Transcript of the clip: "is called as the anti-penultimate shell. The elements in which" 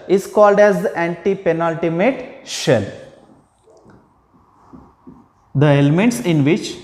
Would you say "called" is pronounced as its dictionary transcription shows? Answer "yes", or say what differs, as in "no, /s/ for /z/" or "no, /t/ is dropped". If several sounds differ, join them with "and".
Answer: yes